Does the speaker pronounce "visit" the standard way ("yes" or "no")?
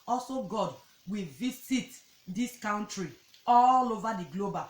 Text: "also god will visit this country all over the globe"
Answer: no